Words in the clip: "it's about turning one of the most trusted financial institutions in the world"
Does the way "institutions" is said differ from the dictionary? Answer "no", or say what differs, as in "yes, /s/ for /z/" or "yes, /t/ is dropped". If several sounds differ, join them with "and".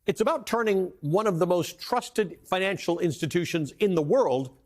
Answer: no